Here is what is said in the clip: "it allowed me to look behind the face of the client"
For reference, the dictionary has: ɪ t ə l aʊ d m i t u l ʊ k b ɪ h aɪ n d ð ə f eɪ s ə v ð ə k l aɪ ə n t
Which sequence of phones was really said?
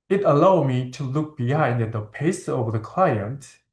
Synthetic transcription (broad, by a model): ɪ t ə l aʊ d m i t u l ʊ k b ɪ h aɪ n d ð ə p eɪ s ə v ð ə k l aɪ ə n t